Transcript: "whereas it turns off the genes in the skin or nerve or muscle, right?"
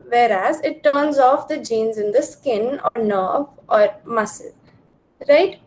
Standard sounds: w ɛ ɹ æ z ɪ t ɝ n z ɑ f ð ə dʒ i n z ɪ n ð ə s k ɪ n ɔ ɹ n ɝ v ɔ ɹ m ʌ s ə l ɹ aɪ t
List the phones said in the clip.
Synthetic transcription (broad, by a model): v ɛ ɹ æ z ɪ t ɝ n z ɑ f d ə dʒ i n z ɪ n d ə s k ɪ n ɔ ɹ n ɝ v ɔ ɹ m ʌ s ə l ɹ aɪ t